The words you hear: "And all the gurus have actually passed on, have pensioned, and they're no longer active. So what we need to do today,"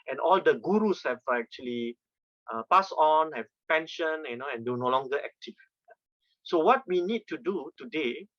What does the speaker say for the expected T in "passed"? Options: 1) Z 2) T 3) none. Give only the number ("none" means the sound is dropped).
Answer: 3